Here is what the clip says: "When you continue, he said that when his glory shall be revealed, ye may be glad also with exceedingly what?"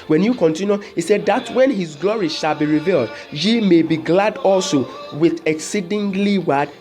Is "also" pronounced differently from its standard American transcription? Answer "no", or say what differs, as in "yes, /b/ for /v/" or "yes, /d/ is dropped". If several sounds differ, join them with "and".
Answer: no